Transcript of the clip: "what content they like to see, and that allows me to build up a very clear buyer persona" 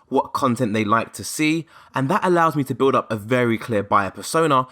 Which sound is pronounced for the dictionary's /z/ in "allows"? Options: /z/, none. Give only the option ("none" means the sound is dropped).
/z/